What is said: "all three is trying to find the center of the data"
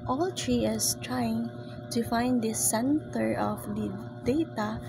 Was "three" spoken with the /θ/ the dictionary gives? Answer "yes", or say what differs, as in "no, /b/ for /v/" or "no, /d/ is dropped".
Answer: no, /t/ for /θ/